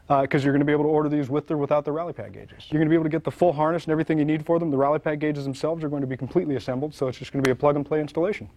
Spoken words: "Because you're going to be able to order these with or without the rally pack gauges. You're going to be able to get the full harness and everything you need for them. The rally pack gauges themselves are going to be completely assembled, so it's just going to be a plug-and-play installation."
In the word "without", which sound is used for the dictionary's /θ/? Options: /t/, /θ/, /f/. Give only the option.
/θ/